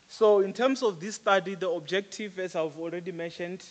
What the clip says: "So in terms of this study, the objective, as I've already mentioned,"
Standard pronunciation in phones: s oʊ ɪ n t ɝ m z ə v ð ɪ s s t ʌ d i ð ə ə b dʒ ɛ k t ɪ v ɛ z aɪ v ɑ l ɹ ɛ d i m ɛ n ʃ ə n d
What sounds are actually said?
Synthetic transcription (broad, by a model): s oʊ ɪ n t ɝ m s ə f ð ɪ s s t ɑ d i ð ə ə b dʒ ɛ k t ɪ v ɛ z aɪ v ɑ l ɹ ɛ d i m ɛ n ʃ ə n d